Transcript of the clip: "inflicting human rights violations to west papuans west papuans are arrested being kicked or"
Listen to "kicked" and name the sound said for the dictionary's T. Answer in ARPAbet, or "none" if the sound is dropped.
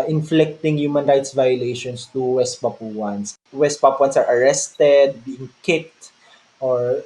T